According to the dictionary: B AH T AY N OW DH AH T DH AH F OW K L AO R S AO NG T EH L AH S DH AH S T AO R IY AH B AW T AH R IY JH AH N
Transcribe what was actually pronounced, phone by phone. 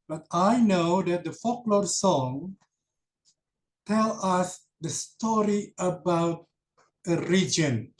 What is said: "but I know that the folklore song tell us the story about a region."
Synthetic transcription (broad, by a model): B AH T AY N OW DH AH T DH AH F OW K L AO R S AO NG T EH L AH S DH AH S T AO R IY AH B AW T AH R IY JH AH N